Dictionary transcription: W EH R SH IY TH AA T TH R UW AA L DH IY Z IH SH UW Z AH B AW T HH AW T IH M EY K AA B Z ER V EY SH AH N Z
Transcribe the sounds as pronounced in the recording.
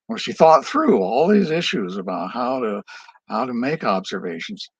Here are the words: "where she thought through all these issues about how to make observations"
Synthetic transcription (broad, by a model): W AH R SH IY TH AA T TH R UW AA L DH IY Z IH SH UW Z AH B AW T HH AW T IH M EY K AA B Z ER V EY SH N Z